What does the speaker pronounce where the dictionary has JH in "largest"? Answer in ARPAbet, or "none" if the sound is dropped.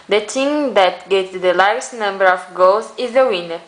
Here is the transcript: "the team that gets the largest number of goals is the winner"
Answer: none